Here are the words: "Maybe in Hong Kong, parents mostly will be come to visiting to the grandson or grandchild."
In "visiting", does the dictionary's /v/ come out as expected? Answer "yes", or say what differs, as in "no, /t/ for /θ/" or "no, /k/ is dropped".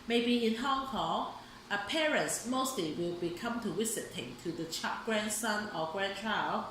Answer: no, /w/ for /v/